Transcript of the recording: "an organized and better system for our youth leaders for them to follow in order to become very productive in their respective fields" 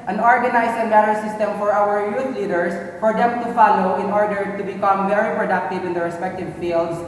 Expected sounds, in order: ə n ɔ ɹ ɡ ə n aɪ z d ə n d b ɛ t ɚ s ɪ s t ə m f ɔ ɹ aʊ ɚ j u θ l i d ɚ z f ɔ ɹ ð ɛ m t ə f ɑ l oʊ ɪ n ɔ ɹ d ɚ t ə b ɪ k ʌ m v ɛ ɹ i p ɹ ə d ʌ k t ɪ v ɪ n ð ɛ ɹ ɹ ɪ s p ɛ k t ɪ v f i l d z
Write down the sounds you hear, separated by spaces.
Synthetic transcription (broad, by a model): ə n ɔ ɹ ɡ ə n aɪ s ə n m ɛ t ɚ s ɪ s t ə m f ɔ ɹ aʊ ɚ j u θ l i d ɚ s f ɔ ɹ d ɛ m t ə f ɑ l oʊ ɪ n ɔ ɹ d ɚ t ə b ɪ k ʌ m v ɛ ɹ i p ɹ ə d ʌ k t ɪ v ɪ n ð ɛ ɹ ɹ ɪ s p ɛ k t ɪ v f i l d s